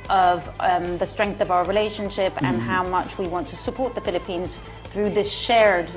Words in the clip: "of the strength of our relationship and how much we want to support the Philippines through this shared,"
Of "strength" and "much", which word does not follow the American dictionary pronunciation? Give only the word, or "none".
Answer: none